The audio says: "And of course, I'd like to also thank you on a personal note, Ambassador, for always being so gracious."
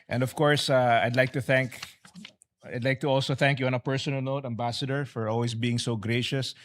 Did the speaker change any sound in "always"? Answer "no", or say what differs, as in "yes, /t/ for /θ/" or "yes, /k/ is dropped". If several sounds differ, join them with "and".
yes, /s/ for /z/